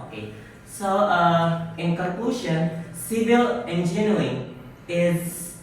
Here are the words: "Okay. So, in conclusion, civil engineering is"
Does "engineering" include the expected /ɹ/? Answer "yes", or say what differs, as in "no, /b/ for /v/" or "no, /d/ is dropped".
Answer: no, /ɹ/ is dropped